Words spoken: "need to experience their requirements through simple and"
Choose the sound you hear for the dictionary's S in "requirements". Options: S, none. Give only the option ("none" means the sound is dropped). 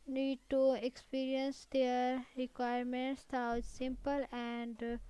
S